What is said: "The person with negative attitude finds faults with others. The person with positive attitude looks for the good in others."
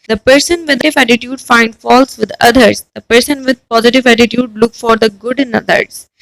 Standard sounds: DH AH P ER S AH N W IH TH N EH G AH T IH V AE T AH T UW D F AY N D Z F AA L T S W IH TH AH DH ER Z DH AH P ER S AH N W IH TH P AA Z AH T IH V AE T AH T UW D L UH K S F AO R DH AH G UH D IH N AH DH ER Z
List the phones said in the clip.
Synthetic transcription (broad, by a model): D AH P ER S AH N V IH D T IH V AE T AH T UW D F AY N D F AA L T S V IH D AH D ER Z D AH P ER S AH N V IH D P AA Z AH T IH V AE T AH T UW D L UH K F AO R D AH G UH D IH N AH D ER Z